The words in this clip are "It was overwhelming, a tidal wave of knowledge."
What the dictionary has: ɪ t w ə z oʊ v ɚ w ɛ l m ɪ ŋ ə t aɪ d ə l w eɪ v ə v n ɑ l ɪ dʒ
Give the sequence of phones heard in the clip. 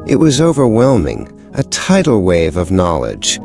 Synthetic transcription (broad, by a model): ɪ t w ə z oʊ v ɚ w ɛ l m ɪ ŋ ə t aɪ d l w eɪ v ə v n ɑ l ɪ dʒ